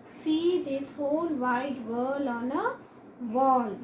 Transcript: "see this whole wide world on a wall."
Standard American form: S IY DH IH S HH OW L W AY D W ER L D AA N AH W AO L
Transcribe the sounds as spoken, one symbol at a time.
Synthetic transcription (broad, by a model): S IY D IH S HH OW L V AY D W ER L AA N AH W AO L